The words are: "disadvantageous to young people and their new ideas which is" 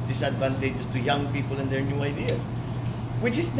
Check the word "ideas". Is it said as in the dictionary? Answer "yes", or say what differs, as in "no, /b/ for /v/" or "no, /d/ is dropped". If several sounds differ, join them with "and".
no, /z/ is dropped